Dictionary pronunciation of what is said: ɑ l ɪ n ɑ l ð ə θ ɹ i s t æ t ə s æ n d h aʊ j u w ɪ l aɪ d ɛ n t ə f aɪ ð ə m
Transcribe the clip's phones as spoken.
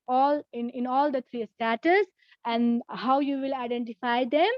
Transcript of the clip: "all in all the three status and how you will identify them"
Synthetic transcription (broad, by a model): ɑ l ɪ n ɑ l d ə t ɹ i s t æ t ə s æ n d h aʊ j u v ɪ l aɪ d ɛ n t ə f aɪ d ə m